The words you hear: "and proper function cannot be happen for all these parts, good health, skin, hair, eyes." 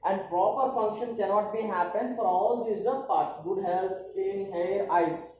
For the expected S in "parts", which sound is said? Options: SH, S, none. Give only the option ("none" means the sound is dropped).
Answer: S